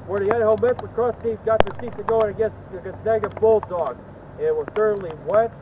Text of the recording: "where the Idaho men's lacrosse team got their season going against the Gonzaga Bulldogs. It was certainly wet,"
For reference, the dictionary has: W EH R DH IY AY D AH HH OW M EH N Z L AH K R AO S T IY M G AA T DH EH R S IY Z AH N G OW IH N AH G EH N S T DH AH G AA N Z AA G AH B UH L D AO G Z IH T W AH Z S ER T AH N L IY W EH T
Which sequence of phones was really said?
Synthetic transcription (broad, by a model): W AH R DH IY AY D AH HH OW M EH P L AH K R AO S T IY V G AA T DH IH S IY S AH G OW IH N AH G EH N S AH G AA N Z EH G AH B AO L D AO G IH T W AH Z S ER T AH N L IY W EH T